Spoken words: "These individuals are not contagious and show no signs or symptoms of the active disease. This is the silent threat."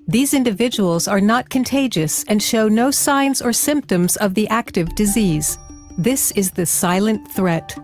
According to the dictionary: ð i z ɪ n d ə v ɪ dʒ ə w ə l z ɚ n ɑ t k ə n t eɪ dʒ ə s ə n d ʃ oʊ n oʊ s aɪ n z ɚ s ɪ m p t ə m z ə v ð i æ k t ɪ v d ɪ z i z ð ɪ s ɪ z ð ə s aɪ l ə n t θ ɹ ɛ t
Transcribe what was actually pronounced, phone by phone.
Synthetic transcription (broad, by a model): ð i z ɪ n d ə v ɪ dʒ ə w l z ɚ n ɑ t k ə n t eɪ dʒ ə s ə n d ʃ oʊ n oʊ s aɪ n z ɚ s ɪ m p t ə m z ə v ð i æ k t ɪ v d ɪ z i z ð ɪ s ɪ z ð ə s aɪ l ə n θ ɹ ɛ t